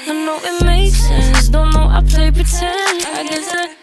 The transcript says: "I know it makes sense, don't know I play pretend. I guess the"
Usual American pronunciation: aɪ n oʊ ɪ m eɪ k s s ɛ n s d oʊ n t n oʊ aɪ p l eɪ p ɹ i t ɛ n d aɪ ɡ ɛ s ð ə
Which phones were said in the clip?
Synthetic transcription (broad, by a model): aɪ n oʊ ɪ m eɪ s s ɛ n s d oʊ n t n oʊ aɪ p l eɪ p i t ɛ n aɪ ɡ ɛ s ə